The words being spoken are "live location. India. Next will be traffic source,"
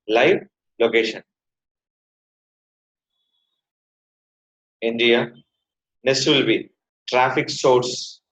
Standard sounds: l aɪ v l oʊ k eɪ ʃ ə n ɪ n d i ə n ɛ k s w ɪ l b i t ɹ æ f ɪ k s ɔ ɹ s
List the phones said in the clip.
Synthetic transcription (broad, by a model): l aɪ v l oʊ k eɪ ʃ ə n ɪ n d i ə n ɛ s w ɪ l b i t ɹ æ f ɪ k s ɔ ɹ s